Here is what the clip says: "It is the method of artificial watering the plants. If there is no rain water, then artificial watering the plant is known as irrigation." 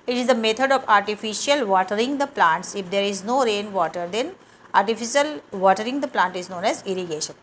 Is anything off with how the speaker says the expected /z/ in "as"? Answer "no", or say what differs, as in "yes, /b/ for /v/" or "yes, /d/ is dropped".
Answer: no